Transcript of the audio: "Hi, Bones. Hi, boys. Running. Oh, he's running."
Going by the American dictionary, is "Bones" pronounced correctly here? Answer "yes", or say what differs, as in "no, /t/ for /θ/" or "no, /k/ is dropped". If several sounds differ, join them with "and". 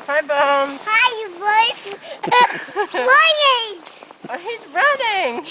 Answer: no, /z/ is dropped